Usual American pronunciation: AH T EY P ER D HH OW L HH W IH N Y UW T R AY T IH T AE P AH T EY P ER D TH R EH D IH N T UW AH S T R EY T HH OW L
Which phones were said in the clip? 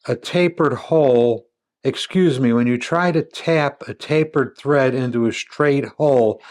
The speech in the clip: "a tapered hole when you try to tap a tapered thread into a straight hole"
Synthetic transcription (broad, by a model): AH T EY P ER D HH OW L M W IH N Y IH T R AY T IH T AE P AH T EY P ER D TH R EH D IH N T UW AH S T R EY T HH OW L